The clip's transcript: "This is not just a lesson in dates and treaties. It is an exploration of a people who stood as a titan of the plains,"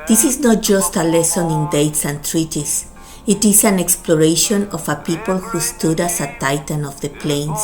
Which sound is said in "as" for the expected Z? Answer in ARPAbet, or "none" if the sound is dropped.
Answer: S